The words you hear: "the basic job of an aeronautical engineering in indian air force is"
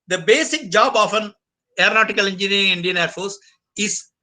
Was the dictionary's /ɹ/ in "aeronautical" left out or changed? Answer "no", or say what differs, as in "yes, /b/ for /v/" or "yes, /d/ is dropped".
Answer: no